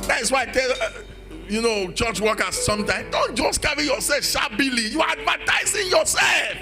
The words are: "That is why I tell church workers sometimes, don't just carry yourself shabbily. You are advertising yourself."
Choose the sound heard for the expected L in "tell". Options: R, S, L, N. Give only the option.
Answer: N